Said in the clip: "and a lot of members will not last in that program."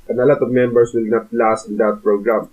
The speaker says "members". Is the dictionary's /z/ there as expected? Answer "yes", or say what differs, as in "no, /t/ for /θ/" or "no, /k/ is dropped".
no, /s/ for /z/